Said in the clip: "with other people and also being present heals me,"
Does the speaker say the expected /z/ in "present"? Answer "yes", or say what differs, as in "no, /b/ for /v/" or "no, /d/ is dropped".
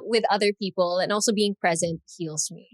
yes